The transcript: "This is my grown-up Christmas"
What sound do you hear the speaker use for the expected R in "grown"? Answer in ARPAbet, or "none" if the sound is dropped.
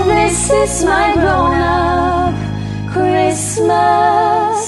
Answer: none